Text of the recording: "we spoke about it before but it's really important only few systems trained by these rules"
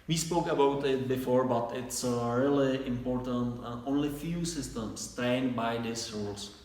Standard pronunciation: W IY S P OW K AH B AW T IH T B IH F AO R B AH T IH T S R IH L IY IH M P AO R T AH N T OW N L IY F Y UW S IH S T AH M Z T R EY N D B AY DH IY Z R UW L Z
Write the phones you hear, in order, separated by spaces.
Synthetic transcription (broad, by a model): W IY S P OW K AH B AW T IH T B IH F AO R B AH T IH T S R IH L IY IH M P AO R T AH N T OW N L IY F Y UW S IH S T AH M S T R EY N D B AY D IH S R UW L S